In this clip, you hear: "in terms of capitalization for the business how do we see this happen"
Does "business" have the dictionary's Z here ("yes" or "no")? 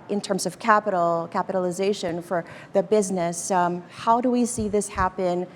yes